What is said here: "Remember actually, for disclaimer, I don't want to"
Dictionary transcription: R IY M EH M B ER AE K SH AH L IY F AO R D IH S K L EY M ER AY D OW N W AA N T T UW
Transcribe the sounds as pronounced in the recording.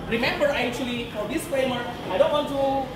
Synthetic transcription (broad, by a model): R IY M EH M B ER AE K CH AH L IY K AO L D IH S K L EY M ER AY D OW N W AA N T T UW